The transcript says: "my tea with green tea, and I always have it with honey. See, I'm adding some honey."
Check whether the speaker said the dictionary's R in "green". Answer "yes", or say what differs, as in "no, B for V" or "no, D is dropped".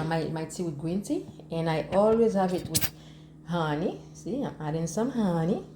no, W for R